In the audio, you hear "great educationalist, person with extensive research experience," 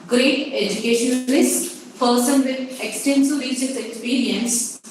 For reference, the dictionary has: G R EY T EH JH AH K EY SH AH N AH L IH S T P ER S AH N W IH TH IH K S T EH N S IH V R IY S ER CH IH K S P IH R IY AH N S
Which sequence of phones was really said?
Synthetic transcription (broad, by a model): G R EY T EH JH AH K EY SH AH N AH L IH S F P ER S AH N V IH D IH K S T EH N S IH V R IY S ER S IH K S P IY R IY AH N S